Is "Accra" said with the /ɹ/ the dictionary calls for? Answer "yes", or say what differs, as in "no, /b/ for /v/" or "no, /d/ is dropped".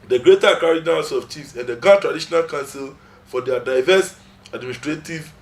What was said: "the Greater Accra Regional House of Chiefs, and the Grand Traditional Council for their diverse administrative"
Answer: no, /ɹ/ is dropped